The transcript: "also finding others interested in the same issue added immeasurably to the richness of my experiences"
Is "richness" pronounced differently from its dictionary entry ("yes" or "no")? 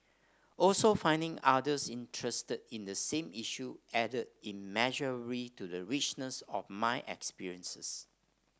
no